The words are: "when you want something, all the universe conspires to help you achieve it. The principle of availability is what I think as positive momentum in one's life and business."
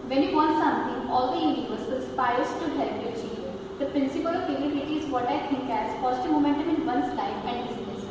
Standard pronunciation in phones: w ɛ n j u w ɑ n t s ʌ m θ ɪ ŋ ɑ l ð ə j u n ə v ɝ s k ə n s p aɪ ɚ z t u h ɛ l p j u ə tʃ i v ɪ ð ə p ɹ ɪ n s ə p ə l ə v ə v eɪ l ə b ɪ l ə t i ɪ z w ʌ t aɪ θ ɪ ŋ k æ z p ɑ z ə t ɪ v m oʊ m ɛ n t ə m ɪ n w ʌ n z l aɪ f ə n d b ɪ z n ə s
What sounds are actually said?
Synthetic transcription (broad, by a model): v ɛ n j u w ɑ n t s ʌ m t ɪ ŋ ɑ l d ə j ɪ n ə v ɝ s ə l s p aɪ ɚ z t u h ɛ l p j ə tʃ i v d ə p ɹ ɪ n s ə p ə l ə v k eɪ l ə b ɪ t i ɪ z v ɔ t aɪ t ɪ ŋ k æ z f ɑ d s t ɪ m oʊ m ɛ n t ə m ɪ n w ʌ n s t aɪ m ə n d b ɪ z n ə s